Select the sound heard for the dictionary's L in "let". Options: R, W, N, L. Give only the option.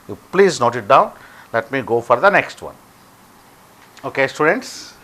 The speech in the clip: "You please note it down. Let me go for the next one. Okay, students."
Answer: L